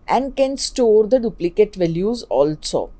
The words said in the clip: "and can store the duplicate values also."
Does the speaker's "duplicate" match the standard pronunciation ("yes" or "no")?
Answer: yes